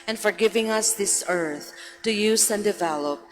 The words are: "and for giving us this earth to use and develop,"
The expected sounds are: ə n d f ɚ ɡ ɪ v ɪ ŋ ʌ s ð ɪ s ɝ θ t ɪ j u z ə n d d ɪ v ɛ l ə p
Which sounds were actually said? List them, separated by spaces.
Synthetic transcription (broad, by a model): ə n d f ɚ ɡ ɪ v ɪ ŋ ʌ s ð ɪ s ɝ θ t ɪ j u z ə n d d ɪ v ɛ l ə p